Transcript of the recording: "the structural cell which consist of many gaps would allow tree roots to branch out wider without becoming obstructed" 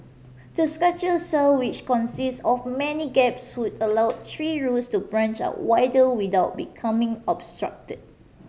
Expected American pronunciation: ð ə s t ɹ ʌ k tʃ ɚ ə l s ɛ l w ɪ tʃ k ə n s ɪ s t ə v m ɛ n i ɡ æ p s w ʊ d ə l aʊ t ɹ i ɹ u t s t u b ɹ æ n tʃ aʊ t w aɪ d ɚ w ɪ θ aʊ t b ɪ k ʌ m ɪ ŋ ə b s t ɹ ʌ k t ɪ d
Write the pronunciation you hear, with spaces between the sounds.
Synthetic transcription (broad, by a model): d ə s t ɹ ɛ tʃ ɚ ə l s ɛ l w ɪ tʃ k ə n s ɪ s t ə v m ɛ n i ɡ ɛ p s w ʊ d ə l aʊ t ɹ i ɹ u t s t u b ɹ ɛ n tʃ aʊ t w aɪ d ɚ w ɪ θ aʊ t b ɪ k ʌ m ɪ ŋ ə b s t ɹ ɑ k t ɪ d